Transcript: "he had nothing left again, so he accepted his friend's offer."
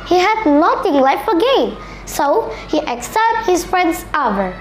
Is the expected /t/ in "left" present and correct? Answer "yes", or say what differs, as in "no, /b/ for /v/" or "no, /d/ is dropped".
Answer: no, /t/ is dropped